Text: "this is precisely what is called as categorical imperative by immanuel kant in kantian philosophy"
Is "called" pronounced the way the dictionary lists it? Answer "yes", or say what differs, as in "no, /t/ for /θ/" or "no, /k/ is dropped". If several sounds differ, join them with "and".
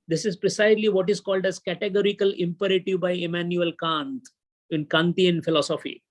yes